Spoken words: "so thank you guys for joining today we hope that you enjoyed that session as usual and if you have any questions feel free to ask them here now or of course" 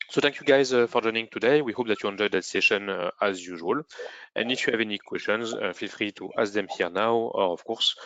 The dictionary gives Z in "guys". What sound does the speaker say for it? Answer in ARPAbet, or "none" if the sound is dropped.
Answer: Z